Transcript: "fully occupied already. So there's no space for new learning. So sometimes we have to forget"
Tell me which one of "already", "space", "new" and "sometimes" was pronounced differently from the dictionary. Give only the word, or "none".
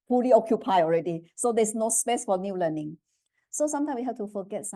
sometimes